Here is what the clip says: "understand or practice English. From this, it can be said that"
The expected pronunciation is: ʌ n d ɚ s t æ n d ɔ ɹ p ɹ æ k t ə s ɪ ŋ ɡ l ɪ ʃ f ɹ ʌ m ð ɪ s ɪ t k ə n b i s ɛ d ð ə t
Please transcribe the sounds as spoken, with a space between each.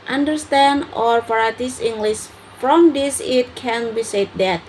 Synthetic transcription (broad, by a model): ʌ n d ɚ s t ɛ n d ɔ ɹ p ɹ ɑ t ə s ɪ ŋ ɡ l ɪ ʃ f ɹ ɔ m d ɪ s ɪ t k ə n b i s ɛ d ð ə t